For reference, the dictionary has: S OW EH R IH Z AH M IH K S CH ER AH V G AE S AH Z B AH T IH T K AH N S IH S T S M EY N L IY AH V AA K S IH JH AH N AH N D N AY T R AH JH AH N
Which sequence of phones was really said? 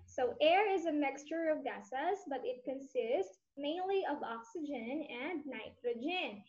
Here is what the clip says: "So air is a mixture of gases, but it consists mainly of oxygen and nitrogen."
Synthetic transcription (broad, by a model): S OW EH R IH Z AH M IH K S CH ER AH V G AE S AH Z B AH T IH T K AH N S IH S T S M EY N L IY AH V AA K S IH JH AH N AH N D N AY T R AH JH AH N